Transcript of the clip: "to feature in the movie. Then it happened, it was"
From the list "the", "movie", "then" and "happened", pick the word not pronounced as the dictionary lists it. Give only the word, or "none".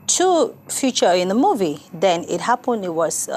none